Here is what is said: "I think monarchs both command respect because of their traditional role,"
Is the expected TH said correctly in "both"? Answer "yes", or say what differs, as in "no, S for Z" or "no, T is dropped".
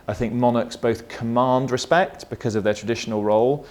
yes